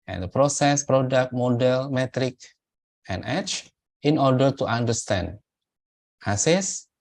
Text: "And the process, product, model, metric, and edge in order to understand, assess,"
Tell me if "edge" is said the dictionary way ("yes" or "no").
no